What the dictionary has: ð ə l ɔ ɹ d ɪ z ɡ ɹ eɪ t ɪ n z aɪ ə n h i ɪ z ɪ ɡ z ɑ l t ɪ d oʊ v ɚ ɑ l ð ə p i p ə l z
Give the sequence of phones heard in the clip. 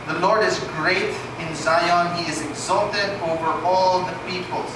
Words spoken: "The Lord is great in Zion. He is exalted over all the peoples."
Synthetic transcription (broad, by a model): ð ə l ɔ ɹ d ɪ z ɡ ɹ eɪ t ɪ n z aɪ ə n h i ɪ z ɪ ɡ z ɑ l t ɪ d oʊ v ɚ ɑ l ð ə p i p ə l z